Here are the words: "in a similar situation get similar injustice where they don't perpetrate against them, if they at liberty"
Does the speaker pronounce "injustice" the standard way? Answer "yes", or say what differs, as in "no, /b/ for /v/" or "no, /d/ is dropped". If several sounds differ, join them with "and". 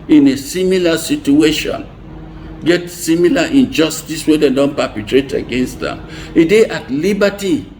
yes